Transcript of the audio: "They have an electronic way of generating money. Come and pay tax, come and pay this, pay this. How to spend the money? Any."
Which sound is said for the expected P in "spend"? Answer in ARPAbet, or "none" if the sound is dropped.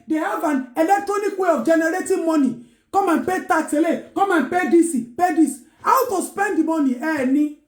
P